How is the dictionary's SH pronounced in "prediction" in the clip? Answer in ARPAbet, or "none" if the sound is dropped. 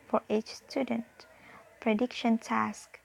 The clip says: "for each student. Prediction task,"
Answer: SH